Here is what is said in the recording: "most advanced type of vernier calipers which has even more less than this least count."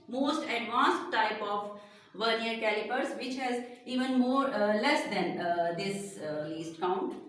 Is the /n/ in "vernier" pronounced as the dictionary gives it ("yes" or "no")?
yes